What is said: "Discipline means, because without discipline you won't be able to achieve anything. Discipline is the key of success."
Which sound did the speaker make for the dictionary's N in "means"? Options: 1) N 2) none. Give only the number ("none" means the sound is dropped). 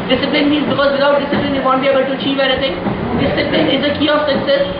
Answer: 1